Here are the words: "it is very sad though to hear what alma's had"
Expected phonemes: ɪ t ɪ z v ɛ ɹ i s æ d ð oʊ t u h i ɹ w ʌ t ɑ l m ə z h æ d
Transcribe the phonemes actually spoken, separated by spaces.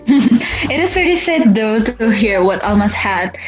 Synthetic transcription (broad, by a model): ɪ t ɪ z p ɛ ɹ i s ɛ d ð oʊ t u h i ɹ w ʌ t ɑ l m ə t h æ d